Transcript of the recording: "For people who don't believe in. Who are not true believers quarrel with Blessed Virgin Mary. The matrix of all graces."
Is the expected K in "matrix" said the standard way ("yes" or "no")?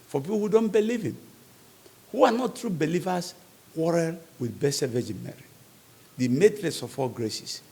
no